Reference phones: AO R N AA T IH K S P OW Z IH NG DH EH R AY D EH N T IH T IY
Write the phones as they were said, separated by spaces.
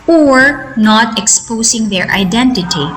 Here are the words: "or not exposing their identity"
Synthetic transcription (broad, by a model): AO R N AA T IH K S P OW S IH NG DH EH R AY D EH N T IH T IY